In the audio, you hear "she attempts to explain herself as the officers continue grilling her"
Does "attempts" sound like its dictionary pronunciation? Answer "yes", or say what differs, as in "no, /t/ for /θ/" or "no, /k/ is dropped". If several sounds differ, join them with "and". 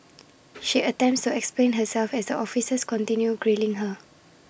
yes